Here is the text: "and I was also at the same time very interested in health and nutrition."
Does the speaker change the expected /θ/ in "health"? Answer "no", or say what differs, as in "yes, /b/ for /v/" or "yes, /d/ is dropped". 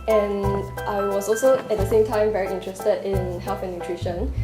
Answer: yes, /f/ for /θ/